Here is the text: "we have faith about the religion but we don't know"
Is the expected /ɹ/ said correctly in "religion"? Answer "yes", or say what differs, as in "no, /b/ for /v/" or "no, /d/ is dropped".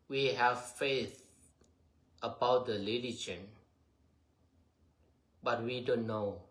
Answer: no, /l/ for /ɹ/